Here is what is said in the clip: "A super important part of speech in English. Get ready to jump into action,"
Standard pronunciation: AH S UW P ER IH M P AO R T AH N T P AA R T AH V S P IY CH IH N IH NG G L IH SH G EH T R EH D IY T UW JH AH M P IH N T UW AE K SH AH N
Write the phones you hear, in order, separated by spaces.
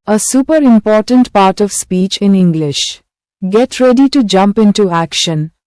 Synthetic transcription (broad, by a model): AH S UW P ER IH M P AO R T AH N T P AA R T AH V S P IY CH IH N IH NG G L IH SH G EH T R EH D IY T UW JH AH M P IH N T UW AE K SH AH N